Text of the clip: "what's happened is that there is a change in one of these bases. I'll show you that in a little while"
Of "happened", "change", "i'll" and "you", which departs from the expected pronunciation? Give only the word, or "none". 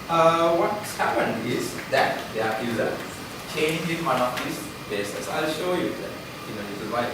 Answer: none